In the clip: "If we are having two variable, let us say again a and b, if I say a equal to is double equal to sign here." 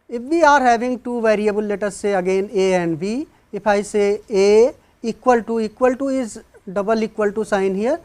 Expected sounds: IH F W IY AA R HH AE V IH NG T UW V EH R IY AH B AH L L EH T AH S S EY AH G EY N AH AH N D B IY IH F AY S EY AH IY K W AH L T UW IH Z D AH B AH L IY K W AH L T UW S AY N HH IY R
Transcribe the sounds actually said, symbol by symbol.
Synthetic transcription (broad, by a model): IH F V IY AA R HH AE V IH NG T UW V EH R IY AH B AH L L EH T AH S S EY AH G EY N AH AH N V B IY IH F AY S EY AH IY K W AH L T UW IH Z D AH B AH L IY K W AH L T UW S AY N HH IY R